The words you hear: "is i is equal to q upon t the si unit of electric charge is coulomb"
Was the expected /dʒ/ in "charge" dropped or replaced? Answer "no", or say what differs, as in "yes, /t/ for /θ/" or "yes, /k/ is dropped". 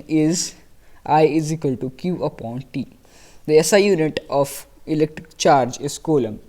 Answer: no